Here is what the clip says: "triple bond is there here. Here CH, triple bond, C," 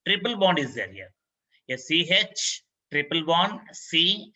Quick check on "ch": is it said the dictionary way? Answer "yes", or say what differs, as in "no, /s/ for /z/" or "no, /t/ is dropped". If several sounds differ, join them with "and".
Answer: yes